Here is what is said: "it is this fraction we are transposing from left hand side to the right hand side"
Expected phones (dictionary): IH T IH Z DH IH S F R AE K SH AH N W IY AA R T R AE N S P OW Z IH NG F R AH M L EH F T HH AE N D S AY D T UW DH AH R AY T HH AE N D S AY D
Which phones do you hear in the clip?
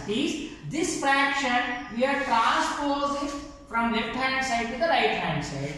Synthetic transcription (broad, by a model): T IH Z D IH S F R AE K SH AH N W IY AA R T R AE S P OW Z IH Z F R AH M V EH P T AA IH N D S AY D T UW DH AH R AY T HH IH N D S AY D